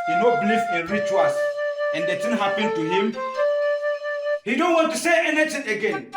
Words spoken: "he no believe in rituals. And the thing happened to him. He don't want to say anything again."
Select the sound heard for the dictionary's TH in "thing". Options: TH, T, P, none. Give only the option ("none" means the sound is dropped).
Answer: T